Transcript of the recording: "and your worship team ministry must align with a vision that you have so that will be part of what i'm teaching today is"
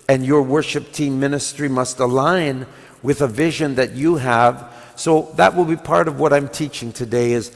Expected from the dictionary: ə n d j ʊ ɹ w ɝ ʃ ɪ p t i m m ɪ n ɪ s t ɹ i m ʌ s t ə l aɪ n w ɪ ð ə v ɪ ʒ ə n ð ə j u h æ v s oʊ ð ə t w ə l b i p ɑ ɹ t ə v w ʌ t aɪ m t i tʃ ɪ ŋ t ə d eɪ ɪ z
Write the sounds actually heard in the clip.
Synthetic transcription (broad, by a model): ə n j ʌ ɹ w ɝ ʃ ɪ p t i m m ɪ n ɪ s t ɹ i m ʌ s t ə l aɪ n w ɪ ð ə v ɪ ʒ ə n ð ə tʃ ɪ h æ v s oʊ ð ə t w ə l b i p ɑ ɹ t ə v w ʌ t aɪ m t i tʃ ɪ ŋ t ə d eɪ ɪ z